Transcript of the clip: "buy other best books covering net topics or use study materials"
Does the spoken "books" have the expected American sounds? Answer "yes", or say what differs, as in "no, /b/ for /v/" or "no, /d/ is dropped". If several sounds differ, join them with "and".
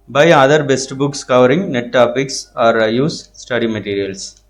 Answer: yes